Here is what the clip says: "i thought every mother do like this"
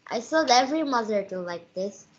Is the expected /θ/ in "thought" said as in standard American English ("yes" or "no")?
no